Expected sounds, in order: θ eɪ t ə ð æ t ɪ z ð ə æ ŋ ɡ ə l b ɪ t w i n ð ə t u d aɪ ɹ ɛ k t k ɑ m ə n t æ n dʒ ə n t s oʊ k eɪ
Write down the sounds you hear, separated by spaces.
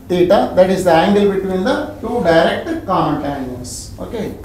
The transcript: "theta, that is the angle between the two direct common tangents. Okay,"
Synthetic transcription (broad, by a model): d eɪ t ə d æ t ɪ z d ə æ ŋ ɡ ə l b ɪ t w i n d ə t u d aɪ ɹ ɛ k t k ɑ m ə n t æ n ə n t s oʊ k eɪ